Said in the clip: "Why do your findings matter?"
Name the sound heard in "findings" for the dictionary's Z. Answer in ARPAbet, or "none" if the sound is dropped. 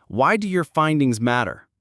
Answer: Z